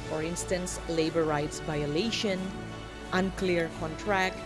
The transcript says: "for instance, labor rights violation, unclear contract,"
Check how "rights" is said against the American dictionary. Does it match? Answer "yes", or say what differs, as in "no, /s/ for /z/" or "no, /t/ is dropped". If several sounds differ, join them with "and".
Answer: yes